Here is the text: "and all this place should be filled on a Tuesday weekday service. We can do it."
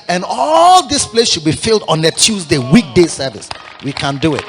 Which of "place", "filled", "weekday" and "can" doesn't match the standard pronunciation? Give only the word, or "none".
none